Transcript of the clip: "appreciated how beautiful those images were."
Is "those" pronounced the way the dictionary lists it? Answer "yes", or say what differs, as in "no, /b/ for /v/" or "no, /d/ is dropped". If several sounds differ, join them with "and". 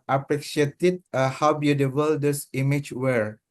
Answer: no, /s/ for /z/